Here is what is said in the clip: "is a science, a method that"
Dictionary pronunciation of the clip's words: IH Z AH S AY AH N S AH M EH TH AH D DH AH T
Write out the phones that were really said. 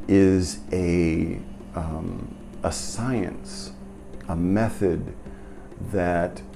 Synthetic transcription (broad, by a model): IH Z AH S AY AH N S AH M EH TH AH D DH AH T